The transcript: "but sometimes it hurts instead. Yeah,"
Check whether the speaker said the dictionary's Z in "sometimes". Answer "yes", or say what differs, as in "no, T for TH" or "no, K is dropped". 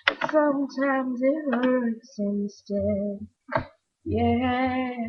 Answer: yes